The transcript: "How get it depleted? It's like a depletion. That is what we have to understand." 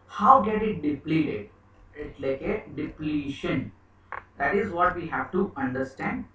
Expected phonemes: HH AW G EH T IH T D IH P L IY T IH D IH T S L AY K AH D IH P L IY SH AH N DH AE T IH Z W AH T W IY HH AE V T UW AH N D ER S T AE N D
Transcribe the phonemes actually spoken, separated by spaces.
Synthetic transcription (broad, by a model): HH AW G EH T IH T D IH P L IY T IH D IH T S L AY K AH D IH P L IY SH AH N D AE T IH Z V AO T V IY HH AE V T UW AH N D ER S T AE N D